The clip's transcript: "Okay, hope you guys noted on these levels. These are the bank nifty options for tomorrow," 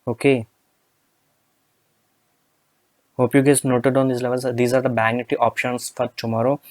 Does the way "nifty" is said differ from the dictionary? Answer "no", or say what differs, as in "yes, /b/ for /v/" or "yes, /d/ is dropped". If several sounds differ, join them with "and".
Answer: yes, /f/ is dropped